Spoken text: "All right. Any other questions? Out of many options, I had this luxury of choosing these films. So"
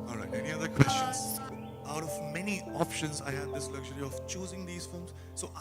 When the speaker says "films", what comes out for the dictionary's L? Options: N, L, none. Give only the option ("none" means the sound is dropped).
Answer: none